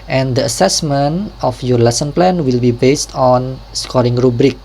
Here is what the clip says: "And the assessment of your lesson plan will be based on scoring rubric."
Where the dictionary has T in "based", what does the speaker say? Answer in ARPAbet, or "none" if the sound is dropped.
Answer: T